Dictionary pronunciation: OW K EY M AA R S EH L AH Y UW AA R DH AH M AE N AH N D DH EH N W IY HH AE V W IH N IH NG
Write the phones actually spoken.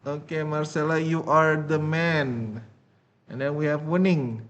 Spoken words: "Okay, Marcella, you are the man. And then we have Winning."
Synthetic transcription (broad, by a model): OW K EY M AA R S EH L AH Y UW AA R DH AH M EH N AH N D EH N W IY HH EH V W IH N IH NG